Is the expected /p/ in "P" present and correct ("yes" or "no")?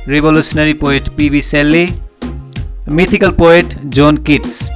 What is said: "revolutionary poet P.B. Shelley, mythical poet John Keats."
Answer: yes